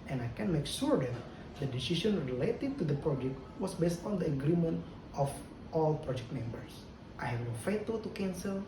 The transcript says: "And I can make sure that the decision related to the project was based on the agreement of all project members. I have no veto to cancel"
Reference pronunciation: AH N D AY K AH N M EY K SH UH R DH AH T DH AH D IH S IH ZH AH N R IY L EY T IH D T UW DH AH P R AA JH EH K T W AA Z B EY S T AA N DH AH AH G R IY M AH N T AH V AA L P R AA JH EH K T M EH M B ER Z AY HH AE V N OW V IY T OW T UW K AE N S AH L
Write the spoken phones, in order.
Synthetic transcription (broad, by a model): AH N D AY K AH N M EY K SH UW R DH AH T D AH D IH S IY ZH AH N R IY L EY T IH D T UW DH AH P R AA JH EH K T W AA S B EY S T AA N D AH AH G R IY M AH N T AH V AA L P R AA JH EH K T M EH M B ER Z AY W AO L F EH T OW T UW K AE N S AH L